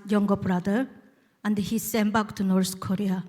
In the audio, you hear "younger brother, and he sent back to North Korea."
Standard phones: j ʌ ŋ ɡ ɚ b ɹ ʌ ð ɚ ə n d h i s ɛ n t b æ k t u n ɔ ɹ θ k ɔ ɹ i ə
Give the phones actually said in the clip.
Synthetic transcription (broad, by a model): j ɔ ŋ ɡ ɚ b ɹ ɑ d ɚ ə n d h i s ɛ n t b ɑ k t u n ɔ ɹ t k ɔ ɹ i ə